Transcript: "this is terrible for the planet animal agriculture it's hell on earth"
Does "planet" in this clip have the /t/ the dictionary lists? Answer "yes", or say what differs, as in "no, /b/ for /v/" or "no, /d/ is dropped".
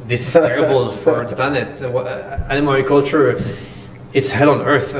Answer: yes